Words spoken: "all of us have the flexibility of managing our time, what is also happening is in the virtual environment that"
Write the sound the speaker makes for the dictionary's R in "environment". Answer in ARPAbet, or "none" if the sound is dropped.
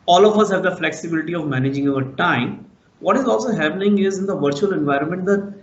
R